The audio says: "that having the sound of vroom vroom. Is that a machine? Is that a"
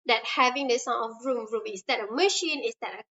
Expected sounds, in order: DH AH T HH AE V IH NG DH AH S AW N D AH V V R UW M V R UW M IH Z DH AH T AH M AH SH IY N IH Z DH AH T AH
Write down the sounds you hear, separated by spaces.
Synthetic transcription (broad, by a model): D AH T HH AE V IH NG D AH S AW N AH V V R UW M R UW M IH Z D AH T AH M AH SH IY N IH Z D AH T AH